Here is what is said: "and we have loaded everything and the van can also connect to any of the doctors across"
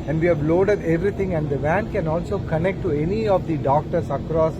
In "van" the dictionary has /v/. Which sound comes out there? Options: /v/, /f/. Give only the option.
/v/